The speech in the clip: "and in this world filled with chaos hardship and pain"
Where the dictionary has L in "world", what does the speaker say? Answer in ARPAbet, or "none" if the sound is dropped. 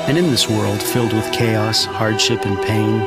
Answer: L